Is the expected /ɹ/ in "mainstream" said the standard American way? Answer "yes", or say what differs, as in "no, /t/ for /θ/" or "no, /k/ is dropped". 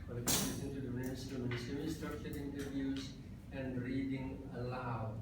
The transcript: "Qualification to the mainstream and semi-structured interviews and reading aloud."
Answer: no, /ɹ/ is dropped